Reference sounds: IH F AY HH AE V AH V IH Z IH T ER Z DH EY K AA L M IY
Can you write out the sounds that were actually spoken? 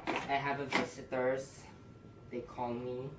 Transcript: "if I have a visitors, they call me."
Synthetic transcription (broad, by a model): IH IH HH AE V AH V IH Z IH T ER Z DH EY K AA L M IY